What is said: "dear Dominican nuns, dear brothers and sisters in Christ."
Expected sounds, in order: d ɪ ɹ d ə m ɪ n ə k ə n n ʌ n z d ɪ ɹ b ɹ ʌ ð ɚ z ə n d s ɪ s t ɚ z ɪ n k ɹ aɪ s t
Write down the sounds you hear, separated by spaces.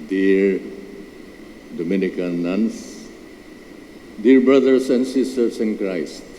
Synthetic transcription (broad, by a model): d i ɹ d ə m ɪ n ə k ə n n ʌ n s d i ɹ b ɹ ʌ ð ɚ s ə n d s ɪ s t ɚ s ɪ n k ɹ aɪ s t